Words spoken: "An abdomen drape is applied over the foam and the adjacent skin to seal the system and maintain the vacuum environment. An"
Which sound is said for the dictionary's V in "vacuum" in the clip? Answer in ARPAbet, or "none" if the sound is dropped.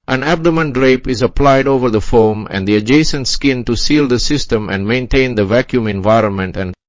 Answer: V